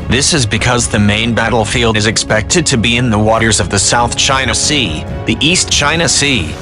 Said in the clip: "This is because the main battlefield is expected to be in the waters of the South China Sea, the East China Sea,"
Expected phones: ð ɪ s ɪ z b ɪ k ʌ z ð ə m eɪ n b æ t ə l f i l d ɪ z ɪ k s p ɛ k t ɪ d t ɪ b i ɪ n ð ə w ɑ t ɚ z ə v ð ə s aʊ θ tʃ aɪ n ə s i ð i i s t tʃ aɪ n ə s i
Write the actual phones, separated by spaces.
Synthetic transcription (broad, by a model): ð ɪ s ɪ z b ɪ k ʌ z ð ə m eɪ n b æ t l f i l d ɪ z ɪ k s p ɛ k t ɪ d t ɪ b i ɪ n ð ə w ɑ t ɚ z ə v ð ə s aʊ θ tʃ aɪ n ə s i ð i i s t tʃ aɪ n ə s i